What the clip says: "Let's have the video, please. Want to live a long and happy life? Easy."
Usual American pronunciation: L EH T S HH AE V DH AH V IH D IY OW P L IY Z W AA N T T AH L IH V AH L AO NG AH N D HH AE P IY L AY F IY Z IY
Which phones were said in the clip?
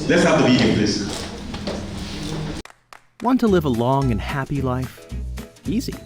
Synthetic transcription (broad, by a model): L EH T S HH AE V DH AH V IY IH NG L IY S W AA N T T AH L IH V AH L AO NG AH N HH AE P IY L AY F IY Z IY